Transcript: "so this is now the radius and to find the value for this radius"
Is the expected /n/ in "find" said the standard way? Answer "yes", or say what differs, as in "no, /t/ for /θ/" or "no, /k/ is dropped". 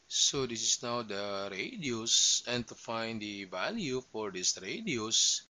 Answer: yes